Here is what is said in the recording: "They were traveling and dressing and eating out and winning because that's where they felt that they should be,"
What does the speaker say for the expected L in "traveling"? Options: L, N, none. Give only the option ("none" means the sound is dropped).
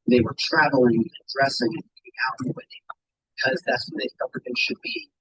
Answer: L